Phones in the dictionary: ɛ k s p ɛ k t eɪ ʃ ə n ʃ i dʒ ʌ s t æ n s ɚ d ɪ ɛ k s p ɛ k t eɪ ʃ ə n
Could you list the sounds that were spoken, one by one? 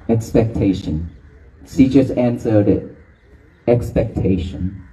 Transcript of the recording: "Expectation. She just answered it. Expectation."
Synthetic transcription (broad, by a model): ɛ k s p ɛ k t eɪ ʃ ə n s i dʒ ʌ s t æ n s ɚ d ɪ ɛ k s p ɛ k t eɪ ʃ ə n